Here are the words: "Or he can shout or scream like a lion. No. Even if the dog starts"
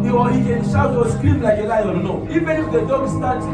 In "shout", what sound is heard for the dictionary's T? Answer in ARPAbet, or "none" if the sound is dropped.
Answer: none